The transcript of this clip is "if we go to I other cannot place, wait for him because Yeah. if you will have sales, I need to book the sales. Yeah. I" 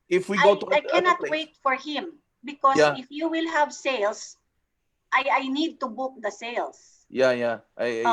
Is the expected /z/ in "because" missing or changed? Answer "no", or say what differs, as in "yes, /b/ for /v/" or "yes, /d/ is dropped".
yes, /z/ is dropped